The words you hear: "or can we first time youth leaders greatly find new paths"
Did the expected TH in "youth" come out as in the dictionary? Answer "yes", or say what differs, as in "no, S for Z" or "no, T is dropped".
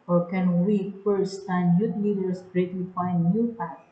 no, T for TH